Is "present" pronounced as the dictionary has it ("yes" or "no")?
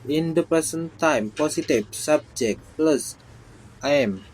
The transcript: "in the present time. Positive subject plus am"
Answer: no